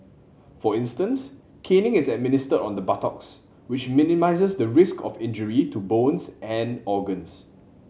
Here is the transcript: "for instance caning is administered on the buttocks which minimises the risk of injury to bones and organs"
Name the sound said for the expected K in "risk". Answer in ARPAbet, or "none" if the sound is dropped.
K